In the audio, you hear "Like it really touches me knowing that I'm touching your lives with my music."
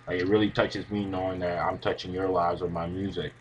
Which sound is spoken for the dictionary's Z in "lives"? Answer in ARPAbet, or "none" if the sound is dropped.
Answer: Z